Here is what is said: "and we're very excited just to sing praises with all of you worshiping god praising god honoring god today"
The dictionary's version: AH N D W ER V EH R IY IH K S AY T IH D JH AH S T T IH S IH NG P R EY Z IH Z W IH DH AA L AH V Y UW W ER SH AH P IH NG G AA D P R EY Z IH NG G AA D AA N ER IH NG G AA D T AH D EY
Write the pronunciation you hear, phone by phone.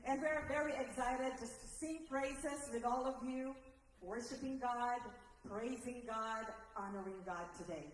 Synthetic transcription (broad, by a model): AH N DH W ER V EH R IY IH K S AY T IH D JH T T IH S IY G R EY S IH S W IH DH AA L AH V Y UW W ER SH AH P IH NG G AA D P R EY Z IH NG G AA D AA N ER IH NG G AA D T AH D EY